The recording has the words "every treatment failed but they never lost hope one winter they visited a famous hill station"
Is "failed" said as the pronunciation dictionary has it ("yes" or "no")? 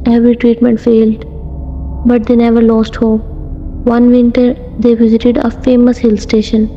yes